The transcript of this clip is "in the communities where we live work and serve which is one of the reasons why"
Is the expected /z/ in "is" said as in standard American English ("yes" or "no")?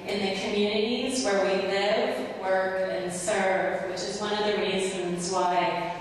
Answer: yes